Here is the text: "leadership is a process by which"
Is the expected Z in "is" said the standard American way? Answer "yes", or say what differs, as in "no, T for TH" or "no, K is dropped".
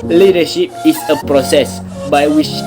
no, S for Z